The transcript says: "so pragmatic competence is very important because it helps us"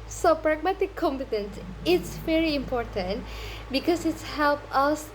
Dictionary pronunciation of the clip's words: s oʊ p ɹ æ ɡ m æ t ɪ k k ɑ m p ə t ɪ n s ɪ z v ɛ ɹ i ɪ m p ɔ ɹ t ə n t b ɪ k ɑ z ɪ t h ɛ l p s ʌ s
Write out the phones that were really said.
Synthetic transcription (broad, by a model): s oʊ p ɹ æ ɡ m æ t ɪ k k ɑ m p ə t ɪ n s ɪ s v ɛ ɹ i ɪ m p ɔ ɹ t ə n t b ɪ k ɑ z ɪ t h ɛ l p ʌ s